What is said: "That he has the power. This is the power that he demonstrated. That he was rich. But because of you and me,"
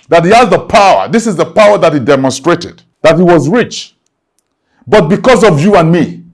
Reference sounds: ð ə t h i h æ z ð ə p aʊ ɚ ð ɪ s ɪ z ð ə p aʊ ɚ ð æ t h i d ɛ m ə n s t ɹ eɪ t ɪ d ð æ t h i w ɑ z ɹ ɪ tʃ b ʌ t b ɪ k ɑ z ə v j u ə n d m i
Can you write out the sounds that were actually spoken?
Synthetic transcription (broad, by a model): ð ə t h i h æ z ð ə p aʊ ɚ ð ɪ s ɪ z ð ə p aʊ ɚ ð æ t h i d ɛ m ə n s t ɹ eɪ t ɪ d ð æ t h i w ɑ z ɹ ɪ tʃ b ʌ t b ɪ k ɑ z ə v j u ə n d m i